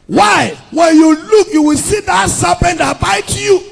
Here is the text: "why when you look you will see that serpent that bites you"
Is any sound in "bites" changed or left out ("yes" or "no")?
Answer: yes